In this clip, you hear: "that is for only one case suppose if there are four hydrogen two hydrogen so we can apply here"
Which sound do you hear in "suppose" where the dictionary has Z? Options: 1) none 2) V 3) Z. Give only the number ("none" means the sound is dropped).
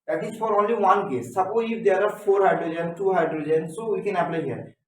1